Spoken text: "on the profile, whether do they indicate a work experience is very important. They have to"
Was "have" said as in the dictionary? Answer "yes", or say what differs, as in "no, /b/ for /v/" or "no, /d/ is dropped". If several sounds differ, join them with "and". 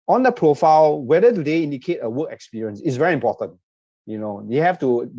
no, /f/ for /v/